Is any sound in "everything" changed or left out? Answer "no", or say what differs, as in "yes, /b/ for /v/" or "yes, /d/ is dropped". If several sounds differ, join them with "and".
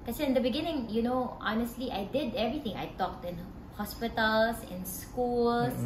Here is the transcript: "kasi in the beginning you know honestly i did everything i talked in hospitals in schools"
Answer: yes, /t/ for /θ/